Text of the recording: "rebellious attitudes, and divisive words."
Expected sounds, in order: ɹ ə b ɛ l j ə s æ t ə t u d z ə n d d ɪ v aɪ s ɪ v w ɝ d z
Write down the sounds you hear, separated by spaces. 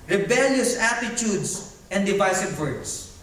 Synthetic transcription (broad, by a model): ɹ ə b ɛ l j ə s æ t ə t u d s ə n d d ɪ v aɪ s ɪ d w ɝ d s